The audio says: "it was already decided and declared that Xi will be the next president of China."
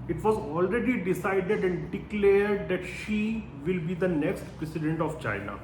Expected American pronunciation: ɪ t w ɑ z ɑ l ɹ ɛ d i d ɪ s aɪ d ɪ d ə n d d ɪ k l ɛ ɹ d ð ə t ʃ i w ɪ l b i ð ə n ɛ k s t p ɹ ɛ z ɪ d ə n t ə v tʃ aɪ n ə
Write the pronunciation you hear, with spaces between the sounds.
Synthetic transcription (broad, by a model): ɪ t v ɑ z ɑ l ɹ ɛ d i d ɪ s aɪ d ɪ d ə n d d ɪ k l ɛ ɹ d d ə t ʃ i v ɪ l b i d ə n ɛ k s t p ɹ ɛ s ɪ d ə n t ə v tʃ aɪ n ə